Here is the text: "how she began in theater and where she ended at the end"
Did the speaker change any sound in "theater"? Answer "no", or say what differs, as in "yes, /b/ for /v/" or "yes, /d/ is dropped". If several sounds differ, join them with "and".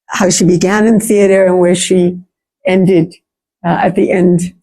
no